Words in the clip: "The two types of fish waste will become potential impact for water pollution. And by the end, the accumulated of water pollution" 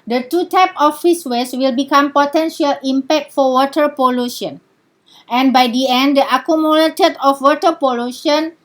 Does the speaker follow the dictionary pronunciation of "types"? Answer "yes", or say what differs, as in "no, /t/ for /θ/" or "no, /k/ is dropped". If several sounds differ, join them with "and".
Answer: no, /s/ is dropped